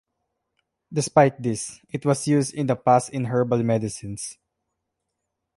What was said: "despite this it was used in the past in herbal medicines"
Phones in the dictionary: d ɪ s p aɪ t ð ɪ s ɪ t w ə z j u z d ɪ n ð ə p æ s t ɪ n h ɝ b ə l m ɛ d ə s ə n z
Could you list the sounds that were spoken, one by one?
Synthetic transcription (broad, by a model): d ɪ s p aɪ t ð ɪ s ɪ t w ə s j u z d ɪ n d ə p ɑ s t ɪ n h ɝ b ə l m ɛ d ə s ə n s